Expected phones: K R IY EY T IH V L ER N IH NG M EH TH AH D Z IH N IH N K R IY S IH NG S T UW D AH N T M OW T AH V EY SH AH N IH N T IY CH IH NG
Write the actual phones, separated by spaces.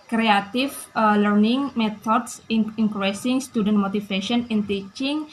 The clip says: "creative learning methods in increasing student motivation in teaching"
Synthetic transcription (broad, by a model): K R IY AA T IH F L ER N IH NG M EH T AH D S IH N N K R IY S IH NG S T UW D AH N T M OW T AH F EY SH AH N IH N T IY CH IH NG